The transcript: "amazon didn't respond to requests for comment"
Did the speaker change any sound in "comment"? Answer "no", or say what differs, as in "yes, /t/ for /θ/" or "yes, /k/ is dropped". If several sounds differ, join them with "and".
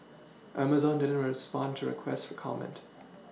no